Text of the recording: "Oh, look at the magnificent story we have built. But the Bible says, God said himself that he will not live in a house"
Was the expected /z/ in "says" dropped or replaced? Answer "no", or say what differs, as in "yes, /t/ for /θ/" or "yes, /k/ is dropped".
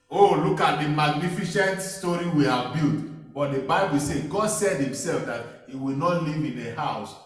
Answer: yes, /z/ is dropped